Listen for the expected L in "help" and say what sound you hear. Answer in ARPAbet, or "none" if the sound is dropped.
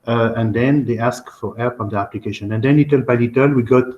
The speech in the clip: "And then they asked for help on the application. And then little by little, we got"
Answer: none